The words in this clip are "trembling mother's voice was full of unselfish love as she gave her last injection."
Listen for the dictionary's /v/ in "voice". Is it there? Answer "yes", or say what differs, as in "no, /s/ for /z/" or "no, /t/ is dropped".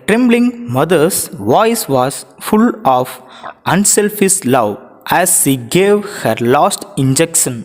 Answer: yes